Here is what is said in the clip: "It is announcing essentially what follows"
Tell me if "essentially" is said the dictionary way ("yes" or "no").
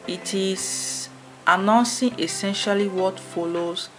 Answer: yes